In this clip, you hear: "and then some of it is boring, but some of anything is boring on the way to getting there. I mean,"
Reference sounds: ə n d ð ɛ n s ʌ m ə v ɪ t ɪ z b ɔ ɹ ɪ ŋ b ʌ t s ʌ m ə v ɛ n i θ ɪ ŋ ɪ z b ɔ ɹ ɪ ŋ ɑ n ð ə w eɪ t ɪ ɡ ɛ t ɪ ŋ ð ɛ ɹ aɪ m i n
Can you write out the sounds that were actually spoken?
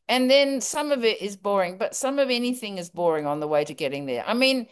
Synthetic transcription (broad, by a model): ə n ð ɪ n s ʌ m ə v ɪ t ɪ z b ɔ ɹ ɪ ŋ b ʌ t s ʌ m ə v ɛ n i θ ɪ ŋ ɪ z b ɔ ɹ ɪ ŋ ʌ n ð ə w eɪ t ɪ ɡ ɛ t ɪ ŋ ð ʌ ɹ aɪ m i n